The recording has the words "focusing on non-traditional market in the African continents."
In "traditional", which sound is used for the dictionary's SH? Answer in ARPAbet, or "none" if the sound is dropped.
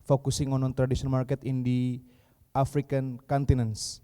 S